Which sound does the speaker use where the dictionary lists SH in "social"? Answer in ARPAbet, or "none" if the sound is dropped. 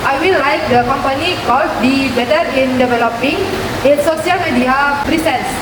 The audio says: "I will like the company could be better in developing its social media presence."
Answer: none